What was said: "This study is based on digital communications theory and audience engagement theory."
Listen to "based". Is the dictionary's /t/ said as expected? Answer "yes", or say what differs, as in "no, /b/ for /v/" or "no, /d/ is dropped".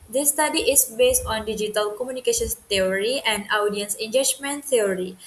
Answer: yes